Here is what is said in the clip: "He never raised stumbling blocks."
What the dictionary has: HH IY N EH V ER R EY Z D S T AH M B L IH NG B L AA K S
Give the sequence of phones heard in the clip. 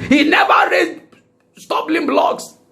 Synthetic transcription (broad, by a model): HH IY N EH V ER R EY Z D S T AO B L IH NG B L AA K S